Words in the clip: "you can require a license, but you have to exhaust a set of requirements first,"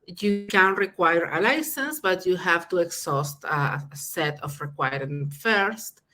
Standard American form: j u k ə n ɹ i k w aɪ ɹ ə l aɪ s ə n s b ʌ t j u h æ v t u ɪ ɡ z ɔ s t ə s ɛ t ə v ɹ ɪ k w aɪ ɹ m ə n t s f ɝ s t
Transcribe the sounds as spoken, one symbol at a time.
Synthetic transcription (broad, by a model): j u k ə n ɹ i k w aɪ ɹ ə l aɪ s ə n s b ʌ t j u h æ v t u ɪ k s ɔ s t ə s ɛ t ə f ɹ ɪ k w aɪ ɹ ə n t f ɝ s t